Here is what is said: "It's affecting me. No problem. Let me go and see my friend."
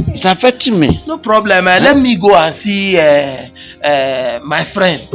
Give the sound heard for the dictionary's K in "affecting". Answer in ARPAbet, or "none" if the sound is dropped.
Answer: none